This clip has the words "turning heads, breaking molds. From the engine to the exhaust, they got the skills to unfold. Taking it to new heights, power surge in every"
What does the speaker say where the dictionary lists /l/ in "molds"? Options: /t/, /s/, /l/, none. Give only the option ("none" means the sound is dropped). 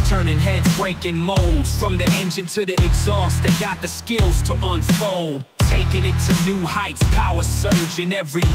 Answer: /l/